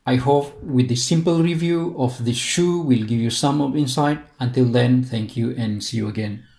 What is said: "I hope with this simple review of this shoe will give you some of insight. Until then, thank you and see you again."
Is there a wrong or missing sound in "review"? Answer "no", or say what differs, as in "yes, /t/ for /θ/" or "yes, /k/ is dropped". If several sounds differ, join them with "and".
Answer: no